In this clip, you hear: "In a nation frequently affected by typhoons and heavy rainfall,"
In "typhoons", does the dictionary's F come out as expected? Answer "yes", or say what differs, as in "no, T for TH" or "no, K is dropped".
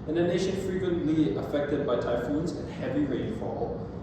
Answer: yes